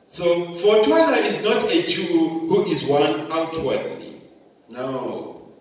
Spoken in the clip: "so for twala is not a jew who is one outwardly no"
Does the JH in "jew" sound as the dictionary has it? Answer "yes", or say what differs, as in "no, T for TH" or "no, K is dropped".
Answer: no, CH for JH